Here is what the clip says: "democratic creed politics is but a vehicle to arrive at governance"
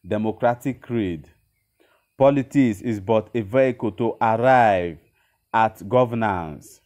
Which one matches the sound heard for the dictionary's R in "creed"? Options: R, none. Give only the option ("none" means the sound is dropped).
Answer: R